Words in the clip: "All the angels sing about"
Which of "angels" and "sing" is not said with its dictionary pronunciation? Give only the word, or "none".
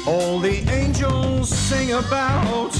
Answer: none